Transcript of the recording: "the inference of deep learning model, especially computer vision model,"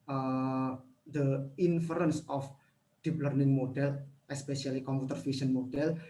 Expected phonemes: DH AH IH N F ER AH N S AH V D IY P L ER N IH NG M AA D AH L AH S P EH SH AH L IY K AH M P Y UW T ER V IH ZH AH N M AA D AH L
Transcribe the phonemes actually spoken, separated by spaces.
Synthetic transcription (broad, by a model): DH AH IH N F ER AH N S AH F D IY P L ER N IH NG M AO D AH L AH S P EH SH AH L IY K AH M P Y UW T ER F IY S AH N M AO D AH L